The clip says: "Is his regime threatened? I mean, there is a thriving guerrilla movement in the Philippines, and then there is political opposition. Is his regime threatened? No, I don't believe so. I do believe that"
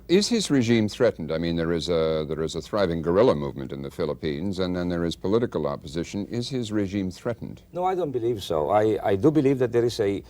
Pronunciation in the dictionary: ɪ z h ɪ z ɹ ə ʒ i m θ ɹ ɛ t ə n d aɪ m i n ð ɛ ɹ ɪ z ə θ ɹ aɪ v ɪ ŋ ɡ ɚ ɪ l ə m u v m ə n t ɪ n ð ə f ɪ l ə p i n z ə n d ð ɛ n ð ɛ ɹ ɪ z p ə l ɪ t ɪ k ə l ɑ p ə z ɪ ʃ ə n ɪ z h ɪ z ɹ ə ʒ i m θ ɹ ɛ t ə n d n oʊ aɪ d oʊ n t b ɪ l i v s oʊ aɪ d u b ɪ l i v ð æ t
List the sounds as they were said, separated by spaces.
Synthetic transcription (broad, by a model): ɪ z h ɪ z ɹ ə ʒ i m θ ɹ ɛ t n d aɪ m i n ð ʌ ɹ ɪ z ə θ ɹ aɪ v ɪ ŋ ɡ ɚ ɪ l ə m u v m ə n t ɪ n ð ə f ɪ l ə p i n z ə n ð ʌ n ð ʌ ɹ ɪ z p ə l ɪ t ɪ k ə l ɑ p ə z ɪ ʃ ə n ɪ z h ɪ z ɹ ə ʒ i m θ ɹ ɛ t n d n oʊ aɪ d oʊ n t b ɪ l i v s oʊ aɪ d u b ɪ l i v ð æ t